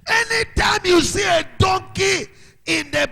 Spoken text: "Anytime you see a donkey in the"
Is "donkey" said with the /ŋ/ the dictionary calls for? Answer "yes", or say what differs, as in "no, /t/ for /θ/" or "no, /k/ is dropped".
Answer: yes